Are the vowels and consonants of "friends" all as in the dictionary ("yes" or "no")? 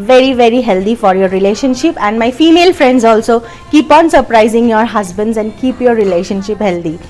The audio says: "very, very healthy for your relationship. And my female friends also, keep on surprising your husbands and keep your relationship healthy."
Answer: yes